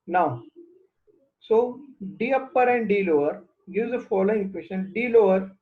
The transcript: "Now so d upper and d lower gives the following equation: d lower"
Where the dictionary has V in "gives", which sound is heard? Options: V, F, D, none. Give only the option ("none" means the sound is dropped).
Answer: none